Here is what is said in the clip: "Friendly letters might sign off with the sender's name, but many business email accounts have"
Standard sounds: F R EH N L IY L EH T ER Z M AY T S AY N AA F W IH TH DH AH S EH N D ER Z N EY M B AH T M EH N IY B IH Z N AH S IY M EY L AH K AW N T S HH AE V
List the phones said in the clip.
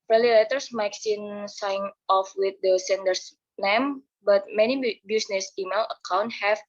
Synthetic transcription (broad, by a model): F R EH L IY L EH T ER S M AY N S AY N AA F W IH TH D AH S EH N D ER S N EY M B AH T M EH N IY B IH S N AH S IY M EY L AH K AW N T HH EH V